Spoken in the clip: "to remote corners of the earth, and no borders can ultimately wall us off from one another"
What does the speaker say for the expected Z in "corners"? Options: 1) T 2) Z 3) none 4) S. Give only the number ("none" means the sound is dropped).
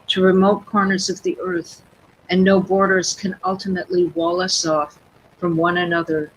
2